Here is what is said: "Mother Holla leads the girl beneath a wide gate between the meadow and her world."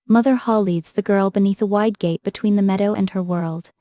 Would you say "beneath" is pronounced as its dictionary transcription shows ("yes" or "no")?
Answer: yes